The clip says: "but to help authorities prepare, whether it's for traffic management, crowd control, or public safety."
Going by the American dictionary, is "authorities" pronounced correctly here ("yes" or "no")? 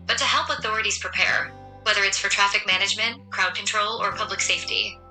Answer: yes